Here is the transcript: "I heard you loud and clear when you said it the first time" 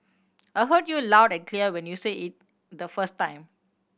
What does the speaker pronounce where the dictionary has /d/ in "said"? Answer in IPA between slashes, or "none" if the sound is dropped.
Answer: none